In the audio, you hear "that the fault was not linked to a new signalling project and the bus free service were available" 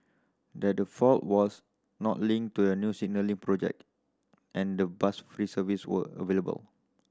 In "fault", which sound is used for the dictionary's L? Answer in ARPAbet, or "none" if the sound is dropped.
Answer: L